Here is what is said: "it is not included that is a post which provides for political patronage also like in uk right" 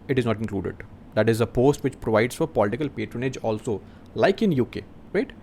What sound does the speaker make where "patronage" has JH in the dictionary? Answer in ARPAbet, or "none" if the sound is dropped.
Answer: JH